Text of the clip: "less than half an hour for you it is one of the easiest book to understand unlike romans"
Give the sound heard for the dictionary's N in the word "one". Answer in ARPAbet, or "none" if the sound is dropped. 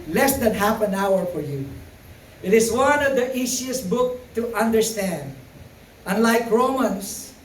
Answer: N